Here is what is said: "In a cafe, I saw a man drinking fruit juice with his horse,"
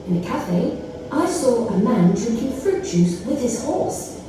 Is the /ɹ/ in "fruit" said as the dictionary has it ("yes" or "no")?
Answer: yes